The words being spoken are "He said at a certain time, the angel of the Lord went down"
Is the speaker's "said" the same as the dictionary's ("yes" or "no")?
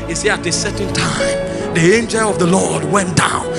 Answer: no